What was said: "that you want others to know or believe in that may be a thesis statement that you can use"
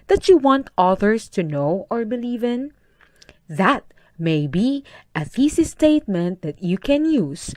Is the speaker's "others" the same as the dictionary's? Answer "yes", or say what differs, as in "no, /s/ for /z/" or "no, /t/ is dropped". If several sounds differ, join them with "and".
no, /s/ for /z/